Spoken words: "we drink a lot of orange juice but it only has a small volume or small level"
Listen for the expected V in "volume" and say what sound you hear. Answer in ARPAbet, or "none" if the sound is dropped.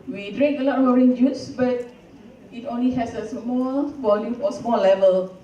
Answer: B